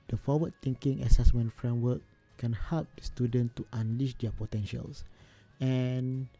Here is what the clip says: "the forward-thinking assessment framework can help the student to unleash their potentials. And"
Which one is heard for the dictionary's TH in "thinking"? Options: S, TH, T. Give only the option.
T